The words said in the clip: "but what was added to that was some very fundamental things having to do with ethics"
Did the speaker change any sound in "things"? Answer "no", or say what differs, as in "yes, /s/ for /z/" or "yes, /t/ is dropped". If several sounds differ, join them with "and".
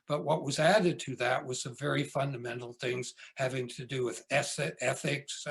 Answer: no